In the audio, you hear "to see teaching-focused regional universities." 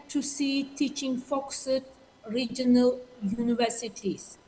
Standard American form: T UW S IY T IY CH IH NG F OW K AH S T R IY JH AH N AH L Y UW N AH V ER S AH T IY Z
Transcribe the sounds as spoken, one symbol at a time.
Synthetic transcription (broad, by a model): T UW S IY T IY CH IH NG F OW K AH T R IY JH AH N AH L Y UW N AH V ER S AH T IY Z